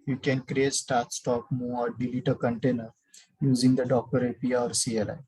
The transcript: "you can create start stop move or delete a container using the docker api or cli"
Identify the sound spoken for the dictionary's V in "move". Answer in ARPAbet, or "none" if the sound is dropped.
none